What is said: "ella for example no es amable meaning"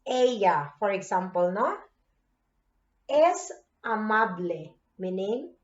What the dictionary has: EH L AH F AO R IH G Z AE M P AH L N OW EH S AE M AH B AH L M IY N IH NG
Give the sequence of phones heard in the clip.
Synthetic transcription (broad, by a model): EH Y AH F AO R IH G S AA M P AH L N OW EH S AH M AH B L M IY N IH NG